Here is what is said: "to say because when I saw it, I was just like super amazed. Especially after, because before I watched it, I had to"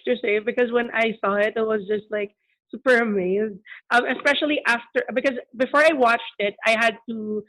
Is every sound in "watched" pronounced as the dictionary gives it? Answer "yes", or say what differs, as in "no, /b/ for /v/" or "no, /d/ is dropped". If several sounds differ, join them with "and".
yes